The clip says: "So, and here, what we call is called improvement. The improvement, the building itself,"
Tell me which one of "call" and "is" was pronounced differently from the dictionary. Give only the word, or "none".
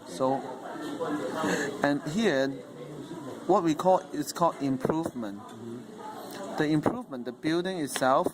is